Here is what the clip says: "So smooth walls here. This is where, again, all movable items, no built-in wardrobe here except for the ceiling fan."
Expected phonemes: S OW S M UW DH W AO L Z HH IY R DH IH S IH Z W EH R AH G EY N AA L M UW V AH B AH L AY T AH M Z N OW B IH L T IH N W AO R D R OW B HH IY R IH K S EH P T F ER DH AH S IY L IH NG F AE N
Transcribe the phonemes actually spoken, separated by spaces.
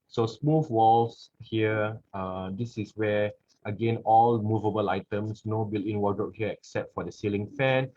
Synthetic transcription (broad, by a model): S OW S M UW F W AO L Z HH IY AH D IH S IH S W EH AH G EY N AA L M UW V AH B AH L AY T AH M S N OW B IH L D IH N W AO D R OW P HH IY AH IH K S EH P T F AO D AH S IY L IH NG F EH N